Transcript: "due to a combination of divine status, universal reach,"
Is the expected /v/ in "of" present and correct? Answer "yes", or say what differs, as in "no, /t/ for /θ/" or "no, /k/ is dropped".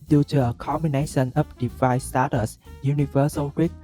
no, /p/ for /v/